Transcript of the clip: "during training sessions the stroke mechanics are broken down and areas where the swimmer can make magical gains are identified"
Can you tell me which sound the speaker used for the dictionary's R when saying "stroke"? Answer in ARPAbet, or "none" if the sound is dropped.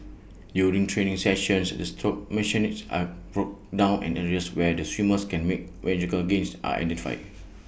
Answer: none